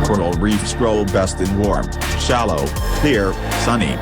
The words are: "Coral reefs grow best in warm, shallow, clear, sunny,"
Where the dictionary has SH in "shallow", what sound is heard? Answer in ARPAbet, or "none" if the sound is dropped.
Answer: SH